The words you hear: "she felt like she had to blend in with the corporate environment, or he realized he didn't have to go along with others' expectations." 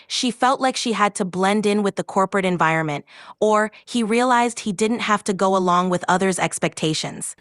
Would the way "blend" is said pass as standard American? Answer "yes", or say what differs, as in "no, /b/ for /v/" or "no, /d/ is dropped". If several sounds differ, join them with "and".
yes